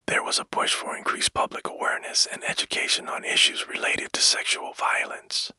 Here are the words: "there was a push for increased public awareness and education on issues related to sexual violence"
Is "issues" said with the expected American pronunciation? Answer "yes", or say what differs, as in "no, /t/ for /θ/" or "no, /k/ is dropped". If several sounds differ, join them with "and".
yes